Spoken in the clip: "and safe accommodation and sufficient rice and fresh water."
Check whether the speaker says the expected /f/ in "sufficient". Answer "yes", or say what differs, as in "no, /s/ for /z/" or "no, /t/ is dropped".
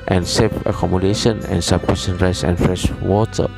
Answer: no, /p/ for /f/